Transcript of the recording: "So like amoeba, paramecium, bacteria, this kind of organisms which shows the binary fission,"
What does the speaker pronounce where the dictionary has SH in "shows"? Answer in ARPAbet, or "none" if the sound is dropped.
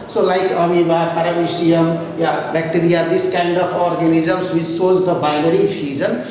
S